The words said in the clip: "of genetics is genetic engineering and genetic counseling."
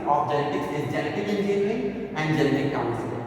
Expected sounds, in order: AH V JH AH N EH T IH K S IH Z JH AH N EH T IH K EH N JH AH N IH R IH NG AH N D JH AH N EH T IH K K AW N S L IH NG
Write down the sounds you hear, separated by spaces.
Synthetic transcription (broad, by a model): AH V JH AH N EH T IH K S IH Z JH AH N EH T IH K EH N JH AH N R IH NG AH N D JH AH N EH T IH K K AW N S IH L